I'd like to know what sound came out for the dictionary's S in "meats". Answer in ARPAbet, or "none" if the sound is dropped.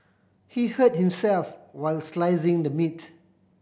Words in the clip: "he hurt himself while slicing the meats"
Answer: none